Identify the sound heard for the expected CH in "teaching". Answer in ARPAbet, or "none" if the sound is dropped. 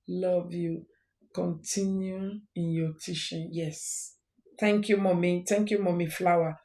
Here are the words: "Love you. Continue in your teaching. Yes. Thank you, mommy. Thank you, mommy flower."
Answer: SH